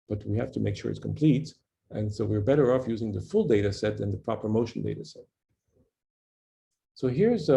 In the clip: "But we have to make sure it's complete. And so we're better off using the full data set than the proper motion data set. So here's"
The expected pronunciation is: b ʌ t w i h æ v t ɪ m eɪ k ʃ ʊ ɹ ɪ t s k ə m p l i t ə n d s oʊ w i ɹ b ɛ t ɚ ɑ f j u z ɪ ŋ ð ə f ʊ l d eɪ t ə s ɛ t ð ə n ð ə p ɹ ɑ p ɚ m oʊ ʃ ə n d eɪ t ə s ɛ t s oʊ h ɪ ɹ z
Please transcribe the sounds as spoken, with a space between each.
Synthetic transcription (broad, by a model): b ʌ t w i h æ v t ɪ m eɪ k ʃ ʊ ɹ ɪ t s k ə m p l i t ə n s oʊ w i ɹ b ɛ t ɚ ɑ f j u z ɪ ŋ ð ə f ʊ l d eɪ t ə s ɛ t ð ə n ð ə p ɹ ɑ p ɚ m oʊ ʃ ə n d eɪ t ə s ɛ t s oʊ h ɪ ɹ z